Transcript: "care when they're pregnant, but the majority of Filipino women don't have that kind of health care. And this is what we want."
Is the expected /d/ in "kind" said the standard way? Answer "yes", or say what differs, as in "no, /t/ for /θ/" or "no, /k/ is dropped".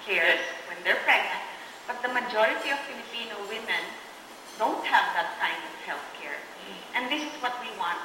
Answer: yes